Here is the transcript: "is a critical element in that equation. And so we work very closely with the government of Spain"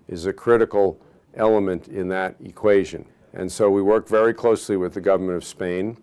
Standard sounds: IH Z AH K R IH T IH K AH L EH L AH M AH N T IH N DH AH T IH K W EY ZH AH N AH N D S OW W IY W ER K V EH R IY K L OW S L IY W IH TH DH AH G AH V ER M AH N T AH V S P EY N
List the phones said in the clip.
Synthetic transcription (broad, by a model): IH Z AH K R IH T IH K L EH L AH M AH N T IH N DH AH T IH K W EY ZH AH N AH N S OW W IY W ER K V EH R IY K L OW S L IY W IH DH AH G AH V ER M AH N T AH V S P EY N